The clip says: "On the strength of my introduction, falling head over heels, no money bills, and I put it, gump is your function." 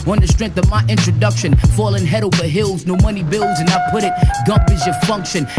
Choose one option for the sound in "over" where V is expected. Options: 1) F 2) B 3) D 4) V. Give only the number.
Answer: 2